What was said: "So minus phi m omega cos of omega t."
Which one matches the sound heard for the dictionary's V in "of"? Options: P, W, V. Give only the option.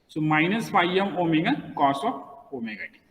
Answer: P